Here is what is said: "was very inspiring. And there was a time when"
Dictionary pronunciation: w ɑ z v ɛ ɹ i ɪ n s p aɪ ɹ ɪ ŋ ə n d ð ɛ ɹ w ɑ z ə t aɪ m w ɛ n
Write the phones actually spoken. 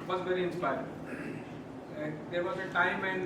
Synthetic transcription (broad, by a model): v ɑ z v ɛ ɹ i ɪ n s p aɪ ɪ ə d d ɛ ɹ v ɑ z ə t aɪ m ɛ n